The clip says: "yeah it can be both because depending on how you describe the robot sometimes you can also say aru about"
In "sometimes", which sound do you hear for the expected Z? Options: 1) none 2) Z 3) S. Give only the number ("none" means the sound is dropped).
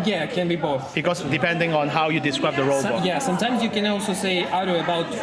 2